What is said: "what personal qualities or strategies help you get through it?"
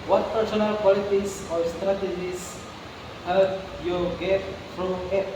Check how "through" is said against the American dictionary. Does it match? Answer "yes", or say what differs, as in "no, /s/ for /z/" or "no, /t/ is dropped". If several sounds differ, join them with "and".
no, /t/ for /θ/